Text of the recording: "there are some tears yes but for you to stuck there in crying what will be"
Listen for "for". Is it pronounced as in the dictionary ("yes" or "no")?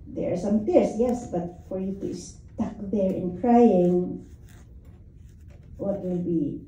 yes